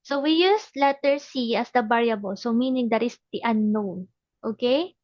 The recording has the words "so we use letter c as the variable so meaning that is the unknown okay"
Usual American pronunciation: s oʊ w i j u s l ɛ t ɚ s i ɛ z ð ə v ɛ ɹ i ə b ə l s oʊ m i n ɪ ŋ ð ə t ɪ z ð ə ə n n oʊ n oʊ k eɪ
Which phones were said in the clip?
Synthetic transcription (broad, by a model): s oʊ w i j u s l ɛ t ɚ s i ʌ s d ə b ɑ ɹ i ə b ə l s oʊ m i n ɪ ŋ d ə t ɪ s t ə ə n n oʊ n oʊ k eɪ